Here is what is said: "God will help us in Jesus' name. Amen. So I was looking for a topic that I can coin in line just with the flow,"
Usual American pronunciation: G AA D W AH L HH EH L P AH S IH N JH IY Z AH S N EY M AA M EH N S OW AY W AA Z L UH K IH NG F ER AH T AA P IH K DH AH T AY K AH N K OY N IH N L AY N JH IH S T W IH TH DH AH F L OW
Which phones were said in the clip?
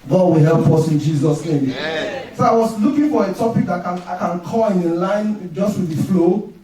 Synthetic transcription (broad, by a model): G AA D W AH L HH EH L P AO S IH N JH IY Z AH S N EY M M S OW AY W AA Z L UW K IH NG F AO AH T AA P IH K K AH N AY K AH N K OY L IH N L AY N JH IH S T W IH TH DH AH F L OW